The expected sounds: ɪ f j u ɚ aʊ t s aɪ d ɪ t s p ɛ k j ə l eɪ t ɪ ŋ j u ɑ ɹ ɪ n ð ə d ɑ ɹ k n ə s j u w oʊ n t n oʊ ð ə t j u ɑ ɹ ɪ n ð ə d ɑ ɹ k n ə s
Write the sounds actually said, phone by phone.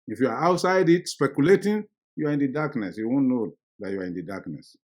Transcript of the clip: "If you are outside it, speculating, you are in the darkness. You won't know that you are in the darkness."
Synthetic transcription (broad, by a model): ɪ f j u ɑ aʊ t s aɪ d ɪ t s p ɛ k j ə l eɪ t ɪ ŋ j u ɑ ɹ ɪ n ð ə d ɑ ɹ k n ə s j u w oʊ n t n oʊ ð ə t j u ɑ ɹ ɪ n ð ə d ɑ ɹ k n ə s